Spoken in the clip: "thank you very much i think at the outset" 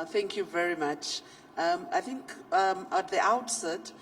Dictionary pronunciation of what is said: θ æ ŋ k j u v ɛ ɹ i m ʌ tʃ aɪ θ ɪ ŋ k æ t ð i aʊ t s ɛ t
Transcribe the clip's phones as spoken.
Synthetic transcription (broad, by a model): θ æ ŋ k j u v ɛ ɹ i m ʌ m aɪ θ ɪ ŋ k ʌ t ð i aʊ t s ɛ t